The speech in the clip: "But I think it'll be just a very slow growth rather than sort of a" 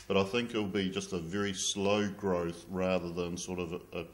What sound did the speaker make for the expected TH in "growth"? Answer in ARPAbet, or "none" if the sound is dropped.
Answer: TH